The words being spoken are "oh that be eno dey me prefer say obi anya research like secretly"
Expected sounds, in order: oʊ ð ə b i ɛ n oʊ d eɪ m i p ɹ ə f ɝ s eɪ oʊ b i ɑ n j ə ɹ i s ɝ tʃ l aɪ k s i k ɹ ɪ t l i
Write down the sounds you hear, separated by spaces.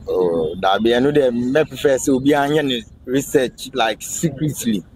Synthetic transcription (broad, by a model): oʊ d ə b i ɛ n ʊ d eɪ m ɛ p ə f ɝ s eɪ oʊ b i ɑ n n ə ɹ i s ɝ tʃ l aɪ k s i k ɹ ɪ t l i